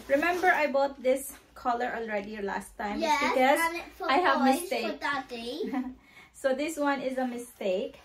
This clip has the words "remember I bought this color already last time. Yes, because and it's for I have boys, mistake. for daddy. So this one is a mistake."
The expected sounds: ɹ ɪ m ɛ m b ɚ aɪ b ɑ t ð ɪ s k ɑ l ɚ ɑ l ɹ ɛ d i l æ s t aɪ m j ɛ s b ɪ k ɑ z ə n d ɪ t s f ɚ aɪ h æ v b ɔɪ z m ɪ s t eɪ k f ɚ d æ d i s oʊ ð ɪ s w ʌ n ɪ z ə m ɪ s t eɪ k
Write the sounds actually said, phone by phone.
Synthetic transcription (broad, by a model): ɹ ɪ m ɛ m b ɚ aɪ b ɑ t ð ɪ s k ɑ l ɚ ɑ l ɹ ɛ d i l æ s t aɪ m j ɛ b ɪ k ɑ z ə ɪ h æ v m ɪ s t eɪ k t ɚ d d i s oʊ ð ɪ s w ʌ n ɪ z ə m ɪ s t eɪ k